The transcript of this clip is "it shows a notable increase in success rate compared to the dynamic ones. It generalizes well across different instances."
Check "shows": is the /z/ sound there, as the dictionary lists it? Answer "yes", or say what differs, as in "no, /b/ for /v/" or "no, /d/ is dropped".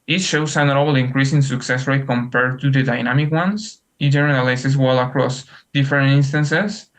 no, /s/ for /z/